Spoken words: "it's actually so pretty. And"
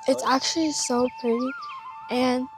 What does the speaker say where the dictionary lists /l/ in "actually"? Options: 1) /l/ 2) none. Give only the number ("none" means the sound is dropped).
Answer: 1